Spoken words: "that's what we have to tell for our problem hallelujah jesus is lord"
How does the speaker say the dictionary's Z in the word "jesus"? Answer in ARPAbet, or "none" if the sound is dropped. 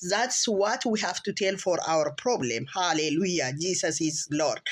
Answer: S